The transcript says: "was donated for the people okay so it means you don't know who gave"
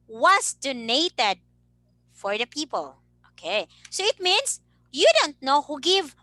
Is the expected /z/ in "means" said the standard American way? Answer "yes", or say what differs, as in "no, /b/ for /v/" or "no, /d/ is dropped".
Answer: no, /s/ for /z/